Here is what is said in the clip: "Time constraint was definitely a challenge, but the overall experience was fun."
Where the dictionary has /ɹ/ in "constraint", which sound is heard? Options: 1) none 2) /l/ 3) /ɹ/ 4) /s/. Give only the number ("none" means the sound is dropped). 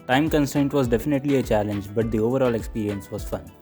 1